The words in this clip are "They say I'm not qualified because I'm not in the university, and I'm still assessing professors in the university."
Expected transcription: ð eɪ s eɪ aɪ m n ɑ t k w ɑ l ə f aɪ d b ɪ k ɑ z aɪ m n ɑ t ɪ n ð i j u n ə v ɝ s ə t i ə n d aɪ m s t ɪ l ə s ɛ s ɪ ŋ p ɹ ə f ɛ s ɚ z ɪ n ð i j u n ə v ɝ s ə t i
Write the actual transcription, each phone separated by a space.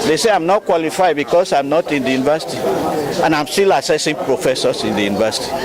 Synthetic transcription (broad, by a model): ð eɪ s eɪ aɪ m n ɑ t k w ɑ l ə f aɪ d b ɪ k ɑ s aɪ m n ɑ t ɪ n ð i j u n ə v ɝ s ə t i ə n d aɪ m s t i l ə s ɛ s ɪ ŋ p ɹ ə f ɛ s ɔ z ɪ n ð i j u n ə v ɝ s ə t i